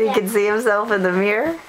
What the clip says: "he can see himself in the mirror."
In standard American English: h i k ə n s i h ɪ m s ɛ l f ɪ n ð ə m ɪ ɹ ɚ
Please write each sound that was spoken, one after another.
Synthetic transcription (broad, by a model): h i k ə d s i h ɪ m s ɛ l f ɪ n ð ə m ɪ ɹ